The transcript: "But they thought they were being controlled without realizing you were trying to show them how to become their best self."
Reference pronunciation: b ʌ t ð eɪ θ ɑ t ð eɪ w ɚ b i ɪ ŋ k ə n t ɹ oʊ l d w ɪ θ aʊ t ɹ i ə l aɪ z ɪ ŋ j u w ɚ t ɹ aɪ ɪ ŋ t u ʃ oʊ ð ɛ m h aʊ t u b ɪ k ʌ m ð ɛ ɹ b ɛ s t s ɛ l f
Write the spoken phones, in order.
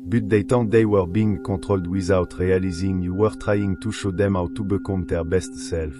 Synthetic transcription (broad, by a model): b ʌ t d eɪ t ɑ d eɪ w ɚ b i ŋ k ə t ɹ oʊ l d w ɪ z aʊ t ɹ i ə l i z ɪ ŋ j u w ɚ t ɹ aɪ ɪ ŋ t u ʃ oʊ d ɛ m aʊ t u b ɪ k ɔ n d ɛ ɹ b ɛ s t s ɛ l f